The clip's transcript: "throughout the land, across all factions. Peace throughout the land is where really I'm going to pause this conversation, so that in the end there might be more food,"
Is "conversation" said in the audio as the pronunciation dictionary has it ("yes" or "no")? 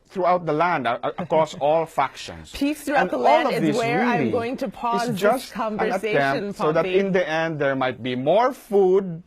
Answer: no